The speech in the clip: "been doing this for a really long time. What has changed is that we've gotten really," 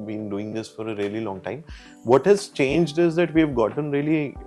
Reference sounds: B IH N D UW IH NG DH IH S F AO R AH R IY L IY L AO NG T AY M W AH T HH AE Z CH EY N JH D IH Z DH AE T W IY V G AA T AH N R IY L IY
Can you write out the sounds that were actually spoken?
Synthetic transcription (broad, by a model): B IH N D UW IH NG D IH S F AO R AH R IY L IY L AO NG T AY M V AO T HH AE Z CH EY N JH D IH Z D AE T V IY V G AA T AH N R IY L IY